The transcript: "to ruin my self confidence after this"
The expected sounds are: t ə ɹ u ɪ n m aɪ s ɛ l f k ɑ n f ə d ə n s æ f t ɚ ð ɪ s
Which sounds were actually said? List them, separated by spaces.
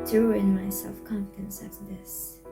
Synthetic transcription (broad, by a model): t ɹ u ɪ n m aɪ s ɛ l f k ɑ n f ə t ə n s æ t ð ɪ s